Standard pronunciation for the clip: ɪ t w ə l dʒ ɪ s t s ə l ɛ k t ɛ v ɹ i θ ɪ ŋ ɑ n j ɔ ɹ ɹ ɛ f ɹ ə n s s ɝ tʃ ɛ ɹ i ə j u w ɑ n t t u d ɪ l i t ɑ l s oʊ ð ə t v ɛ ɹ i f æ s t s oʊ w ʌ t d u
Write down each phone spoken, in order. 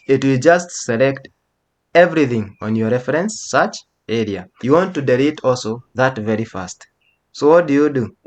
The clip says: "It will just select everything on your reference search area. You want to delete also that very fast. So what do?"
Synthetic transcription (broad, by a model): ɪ t w ə l dʒ ɪ s t s ə l ɛ k t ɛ v ɹ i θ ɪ ŋ ɑ n j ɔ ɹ ɹ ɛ f ɹ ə n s s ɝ tʃ ɛ ɹ i ə j u w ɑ n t t u d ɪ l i t ɑ l s oʊ ð ə t v ɛ ɹ i f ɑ s t s oʊ w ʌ t d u